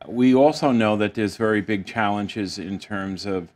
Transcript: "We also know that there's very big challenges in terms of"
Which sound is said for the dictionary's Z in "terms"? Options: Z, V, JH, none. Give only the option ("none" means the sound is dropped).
Z